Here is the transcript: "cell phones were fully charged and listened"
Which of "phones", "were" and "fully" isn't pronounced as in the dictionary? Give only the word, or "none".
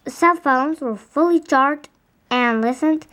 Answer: none